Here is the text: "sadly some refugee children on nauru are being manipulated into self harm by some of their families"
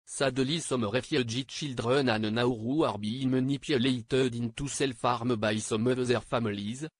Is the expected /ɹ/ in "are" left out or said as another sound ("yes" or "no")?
no